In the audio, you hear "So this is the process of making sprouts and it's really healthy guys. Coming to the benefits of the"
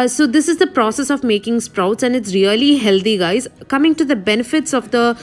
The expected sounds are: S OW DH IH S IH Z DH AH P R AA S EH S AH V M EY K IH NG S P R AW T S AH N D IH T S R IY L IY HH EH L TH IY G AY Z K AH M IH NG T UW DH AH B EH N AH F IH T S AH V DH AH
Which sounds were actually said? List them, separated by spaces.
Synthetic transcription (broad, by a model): S OW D IH S IH Z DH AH P R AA S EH S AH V M EY K IH NG S P R AW T S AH N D IH T S R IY L IY HH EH L T IY G AY Z K AH M IH NG T UW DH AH B EH N AH F IH T S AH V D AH